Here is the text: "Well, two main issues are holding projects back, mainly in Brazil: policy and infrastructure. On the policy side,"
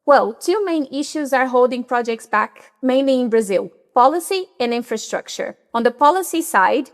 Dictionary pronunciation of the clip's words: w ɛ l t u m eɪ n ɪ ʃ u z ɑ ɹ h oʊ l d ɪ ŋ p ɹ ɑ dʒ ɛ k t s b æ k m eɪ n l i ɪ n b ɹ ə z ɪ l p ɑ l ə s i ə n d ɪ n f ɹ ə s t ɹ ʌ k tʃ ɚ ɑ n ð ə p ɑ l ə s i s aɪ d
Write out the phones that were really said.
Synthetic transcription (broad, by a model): w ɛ l t u m eɪ n ɪ ʃ u z ɑ ɹ h oʊ l d ɪ ŋ p ɹ ɑ dʒ ɛ k t s b æ k m eɪ n l i ɪ n b ɹ ə z ɪ l p ɑ l ə s i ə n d ɪ n f ɹ ə s t ɹ ʌ k tʃ ɚ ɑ n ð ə p ɑ l ə s i s aɪ d